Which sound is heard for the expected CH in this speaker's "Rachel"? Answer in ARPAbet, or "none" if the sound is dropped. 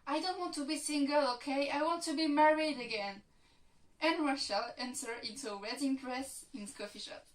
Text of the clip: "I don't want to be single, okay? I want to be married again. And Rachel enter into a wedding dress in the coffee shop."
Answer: SH